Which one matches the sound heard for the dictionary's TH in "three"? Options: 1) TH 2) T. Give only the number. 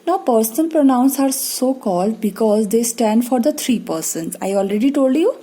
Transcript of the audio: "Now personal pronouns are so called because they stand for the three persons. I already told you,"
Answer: 2